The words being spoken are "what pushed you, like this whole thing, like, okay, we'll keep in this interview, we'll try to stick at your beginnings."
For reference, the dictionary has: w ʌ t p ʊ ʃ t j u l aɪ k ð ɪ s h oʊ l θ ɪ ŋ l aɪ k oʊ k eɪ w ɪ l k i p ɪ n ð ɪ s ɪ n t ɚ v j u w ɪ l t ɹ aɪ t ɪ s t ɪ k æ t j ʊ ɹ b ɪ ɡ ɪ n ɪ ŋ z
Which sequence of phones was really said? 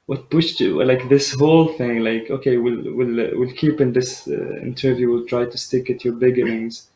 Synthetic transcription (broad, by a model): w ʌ t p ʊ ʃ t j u l aɪ k ð ɪ s h oʊ l θ ɪ ŋ l aɪ k oʊ k eɪ w ɪ l k i p ɪ n ð ɪ s ɪ n t ɚ v j u w ɪ l t ɹ aɪ t ɪ s t ɪ k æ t j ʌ ɹ b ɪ ɡ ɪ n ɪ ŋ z